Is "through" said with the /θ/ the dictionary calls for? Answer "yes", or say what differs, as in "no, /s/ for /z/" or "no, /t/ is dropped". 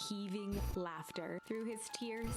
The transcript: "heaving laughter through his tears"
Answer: yes